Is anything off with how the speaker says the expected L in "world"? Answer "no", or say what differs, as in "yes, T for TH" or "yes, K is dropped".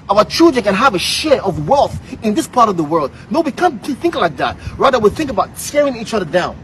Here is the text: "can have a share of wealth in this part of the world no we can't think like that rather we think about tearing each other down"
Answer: no